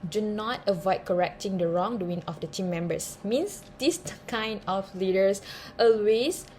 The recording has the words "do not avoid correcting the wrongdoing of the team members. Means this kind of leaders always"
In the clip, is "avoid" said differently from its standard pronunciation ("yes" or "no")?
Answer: no